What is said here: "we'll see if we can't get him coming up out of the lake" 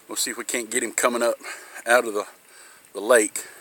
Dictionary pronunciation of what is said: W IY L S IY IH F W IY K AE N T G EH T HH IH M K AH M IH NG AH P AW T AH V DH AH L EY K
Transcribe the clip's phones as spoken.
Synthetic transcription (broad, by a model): W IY L S IY IH F W IY K AE N G EH T HH IH M K AH M IH NG AH P AW T AH V DH AH L EY K